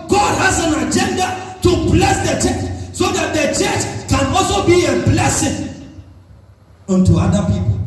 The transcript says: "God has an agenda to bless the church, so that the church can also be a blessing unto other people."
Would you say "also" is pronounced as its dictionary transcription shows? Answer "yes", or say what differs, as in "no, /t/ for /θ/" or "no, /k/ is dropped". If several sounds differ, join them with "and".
yes